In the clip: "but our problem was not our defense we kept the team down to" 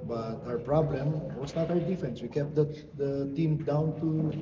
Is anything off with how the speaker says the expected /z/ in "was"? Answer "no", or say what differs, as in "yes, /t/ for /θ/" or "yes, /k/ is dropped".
yes, /s/ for /z/